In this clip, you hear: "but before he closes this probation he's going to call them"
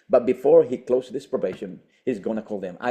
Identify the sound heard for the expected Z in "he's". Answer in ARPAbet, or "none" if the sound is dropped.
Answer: Z